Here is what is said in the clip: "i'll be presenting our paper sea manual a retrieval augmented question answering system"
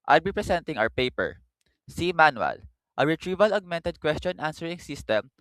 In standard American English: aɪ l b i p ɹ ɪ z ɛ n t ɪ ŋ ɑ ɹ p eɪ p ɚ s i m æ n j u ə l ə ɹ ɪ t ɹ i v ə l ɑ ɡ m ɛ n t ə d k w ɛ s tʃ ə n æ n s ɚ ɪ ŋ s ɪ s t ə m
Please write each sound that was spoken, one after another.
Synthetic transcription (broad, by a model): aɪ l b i p ɹ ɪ s ɛ n t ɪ ŋ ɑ w p eɪ p ɚ s i m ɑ n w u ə l ə ɹ ɪ t ɹ i v ə l ɑ ɡ m ɛ n t ə d k w ɛ s tʃ ə n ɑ n s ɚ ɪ ŋ s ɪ s t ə m